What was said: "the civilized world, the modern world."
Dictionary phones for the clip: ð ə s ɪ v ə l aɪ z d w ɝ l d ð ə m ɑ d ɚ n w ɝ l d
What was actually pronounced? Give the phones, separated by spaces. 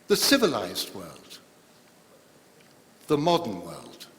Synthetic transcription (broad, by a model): ð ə s ɪ v ə l aɪ z d w ɝ l d ð ə m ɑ d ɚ n w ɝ l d